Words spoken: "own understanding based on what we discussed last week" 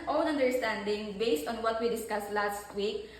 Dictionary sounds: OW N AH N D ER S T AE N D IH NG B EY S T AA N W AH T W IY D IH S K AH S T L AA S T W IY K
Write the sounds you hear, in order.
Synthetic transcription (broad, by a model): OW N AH N D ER S T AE N D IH NG B EY S T AA N W AH T W IY D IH S K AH S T L AA S T W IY K